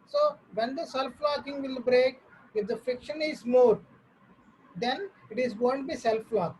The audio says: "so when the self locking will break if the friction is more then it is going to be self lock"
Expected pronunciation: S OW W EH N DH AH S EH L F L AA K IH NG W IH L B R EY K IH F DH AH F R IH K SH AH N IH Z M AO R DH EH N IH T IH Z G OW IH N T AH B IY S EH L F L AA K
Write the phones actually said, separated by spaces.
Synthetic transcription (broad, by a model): S OW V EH N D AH S EH L F L AA K IH NG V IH L B R EY K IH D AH F IH K SH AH N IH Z M AO R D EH N IH T IH Z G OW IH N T B IY S EH L F L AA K